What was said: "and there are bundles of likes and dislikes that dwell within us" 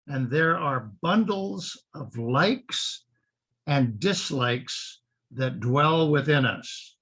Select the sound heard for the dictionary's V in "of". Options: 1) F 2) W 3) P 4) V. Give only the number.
4